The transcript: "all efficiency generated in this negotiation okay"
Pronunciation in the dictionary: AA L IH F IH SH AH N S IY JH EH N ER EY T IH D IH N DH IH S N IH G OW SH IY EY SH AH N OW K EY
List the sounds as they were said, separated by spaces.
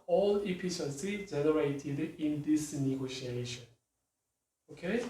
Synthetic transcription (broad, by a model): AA L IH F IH S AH S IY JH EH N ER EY T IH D IH N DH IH S N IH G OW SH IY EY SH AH N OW K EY